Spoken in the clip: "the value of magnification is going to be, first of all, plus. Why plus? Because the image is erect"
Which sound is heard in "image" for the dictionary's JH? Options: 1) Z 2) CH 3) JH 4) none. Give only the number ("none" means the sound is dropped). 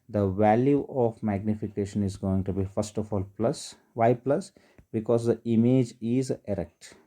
3